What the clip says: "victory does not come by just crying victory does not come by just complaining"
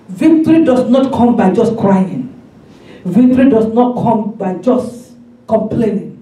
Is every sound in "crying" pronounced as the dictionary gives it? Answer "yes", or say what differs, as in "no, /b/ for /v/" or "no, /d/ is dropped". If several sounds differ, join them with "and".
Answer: yes